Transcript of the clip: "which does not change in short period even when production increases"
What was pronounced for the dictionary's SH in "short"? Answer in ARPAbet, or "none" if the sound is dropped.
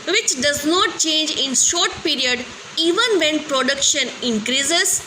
SH